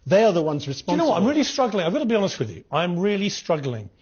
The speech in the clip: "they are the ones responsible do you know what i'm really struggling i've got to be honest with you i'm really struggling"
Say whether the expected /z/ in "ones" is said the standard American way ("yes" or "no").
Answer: yes